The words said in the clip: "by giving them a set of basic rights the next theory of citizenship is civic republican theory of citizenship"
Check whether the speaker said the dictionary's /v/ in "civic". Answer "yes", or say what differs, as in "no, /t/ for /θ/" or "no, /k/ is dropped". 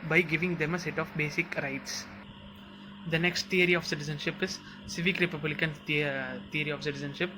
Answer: yes